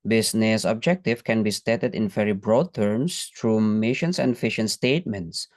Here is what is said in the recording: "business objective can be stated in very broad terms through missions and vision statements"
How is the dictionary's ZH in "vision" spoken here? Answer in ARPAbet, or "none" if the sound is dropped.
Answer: SH